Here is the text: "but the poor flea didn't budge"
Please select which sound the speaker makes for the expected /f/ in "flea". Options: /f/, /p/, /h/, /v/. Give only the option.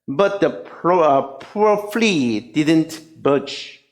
/f/